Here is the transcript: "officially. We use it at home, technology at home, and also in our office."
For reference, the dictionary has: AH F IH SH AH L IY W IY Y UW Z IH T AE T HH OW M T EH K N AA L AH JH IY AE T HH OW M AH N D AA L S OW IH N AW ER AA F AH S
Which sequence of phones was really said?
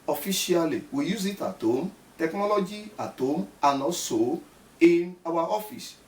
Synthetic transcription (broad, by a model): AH F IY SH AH L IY W IY Y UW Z IH T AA T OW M T EH K N AA L AH JH IY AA T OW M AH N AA S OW IH N AW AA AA F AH S